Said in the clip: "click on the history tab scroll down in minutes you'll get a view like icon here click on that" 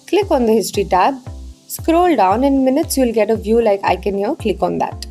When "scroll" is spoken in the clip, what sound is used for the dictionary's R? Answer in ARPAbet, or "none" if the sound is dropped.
R